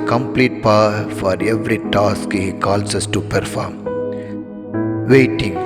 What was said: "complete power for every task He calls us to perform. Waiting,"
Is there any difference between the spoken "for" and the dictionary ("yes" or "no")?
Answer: no